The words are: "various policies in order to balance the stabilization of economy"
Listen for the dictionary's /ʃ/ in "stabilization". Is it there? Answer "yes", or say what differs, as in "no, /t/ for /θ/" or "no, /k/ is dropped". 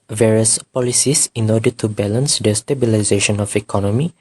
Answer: yes